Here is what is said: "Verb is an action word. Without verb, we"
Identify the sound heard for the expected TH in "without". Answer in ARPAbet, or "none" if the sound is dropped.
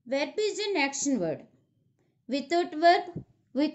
T